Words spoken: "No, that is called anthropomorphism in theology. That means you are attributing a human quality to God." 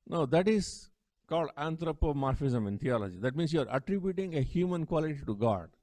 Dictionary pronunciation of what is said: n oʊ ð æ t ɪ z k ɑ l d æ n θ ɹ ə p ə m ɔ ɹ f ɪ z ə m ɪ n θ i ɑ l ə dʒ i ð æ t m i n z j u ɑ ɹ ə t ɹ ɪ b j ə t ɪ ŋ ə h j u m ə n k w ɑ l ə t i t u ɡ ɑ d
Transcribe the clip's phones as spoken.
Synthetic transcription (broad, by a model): n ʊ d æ t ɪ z k ɑ l d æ n t ɹ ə p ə m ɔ ɹ f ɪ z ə m ɪ n t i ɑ l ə dʒ i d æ t m i n s j u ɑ ɹ ə t ɹ ɪ b j ə t ɪ ŋ ə h j u m ə n k w ɑ l ə t i t u ɡ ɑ d